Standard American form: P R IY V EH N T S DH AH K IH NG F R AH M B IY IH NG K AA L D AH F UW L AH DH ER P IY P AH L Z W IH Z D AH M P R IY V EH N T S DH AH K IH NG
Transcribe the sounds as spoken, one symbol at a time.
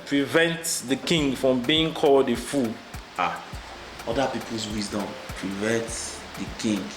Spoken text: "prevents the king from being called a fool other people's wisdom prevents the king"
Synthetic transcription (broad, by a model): P R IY V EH N T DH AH K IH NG F R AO M B IY IH NG K AA L D AH F UW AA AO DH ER P IY P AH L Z W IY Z D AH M P R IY V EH N T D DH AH K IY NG